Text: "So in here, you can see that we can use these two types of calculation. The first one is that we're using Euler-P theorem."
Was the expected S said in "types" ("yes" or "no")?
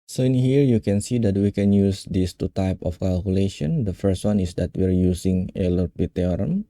no